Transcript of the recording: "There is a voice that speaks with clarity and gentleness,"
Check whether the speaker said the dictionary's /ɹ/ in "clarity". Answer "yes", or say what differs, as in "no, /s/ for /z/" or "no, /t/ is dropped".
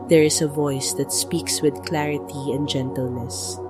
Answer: yes